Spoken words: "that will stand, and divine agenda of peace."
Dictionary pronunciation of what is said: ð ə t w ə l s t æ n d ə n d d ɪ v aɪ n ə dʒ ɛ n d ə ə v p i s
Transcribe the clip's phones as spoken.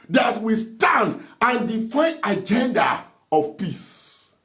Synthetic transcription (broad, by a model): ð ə t w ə s t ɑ n d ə n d d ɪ f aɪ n ə dʒ ɛ n d ə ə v p i s